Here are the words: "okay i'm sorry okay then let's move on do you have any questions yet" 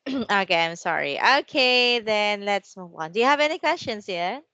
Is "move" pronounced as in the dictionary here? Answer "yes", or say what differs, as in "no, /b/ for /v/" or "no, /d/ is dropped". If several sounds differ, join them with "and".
no, /w/ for /v/